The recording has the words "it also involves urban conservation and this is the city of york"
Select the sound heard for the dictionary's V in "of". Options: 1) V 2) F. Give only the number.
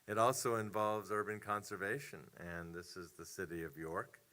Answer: 1